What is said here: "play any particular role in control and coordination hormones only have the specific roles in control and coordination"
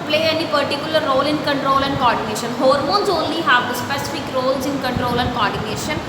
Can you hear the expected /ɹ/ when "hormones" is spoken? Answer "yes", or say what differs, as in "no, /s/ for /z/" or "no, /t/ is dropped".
yes